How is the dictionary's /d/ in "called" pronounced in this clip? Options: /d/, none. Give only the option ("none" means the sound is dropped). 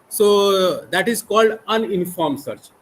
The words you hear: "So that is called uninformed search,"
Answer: /d/